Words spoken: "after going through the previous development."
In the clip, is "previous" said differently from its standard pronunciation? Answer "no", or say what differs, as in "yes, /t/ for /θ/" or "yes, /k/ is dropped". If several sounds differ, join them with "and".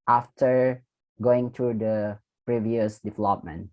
no